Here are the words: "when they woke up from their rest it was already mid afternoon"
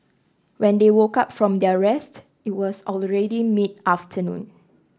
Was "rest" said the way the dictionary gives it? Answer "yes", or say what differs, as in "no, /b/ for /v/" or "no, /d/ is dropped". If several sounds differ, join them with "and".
yes